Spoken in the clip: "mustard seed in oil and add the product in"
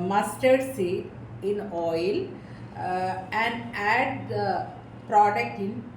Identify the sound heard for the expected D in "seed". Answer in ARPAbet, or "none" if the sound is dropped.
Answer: none